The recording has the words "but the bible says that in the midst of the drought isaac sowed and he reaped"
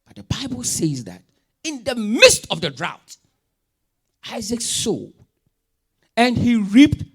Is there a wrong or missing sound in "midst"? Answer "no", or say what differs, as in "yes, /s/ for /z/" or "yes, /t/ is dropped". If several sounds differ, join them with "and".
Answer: no